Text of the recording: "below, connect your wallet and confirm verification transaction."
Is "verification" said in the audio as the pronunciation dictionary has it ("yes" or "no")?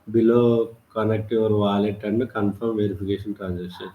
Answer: no